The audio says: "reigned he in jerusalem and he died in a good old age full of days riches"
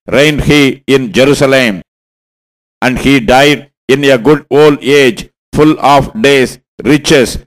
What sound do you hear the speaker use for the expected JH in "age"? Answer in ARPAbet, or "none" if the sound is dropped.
JH